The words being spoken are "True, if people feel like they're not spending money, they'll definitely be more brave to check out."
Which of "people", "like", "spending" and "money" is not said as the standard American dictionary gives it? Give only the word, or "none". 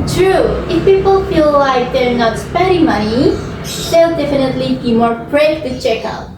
spending